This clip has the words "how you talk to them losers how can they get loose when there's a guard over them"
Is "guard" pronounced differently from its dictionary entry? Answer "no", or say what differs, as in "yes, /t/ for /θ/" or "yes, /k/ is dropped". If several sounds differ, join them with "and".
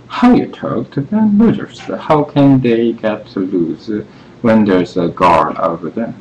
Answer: yes, /d/ is dropped